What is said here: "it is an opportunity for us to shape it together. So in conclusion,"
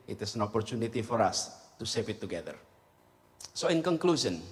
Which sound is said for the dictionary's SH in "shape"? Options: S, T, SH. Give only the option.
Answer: S